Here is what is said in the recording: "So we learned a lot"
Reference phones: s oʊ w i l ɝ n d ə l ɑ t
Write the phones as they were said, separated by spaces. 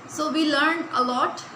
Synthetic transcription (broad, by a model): s oʊ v i l ɝ n d ə l ɑ t